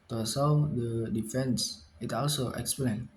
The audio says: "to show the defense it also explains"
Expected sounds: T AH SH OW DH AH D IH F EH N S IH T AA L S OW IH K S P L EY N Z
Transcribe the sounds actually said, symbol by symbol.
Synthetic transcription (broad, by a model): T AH S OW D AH D IH F EH N S IH T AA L S OW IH K S P L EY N